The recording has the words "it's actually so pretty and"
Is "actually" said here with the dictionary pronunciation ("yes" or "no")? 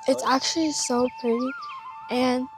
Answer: yes